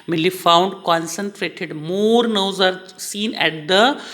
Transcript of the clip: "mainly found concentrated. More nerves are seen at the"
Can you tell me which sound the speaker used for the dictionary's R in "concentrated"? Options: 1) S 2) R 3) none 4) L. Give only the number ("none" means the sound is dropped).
2